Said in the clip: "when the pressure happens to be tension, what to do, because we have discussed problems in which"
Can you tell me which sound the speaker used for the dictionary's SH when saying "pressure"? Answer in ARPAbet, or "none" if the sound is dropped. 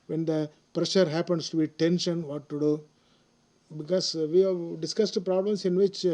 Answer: SH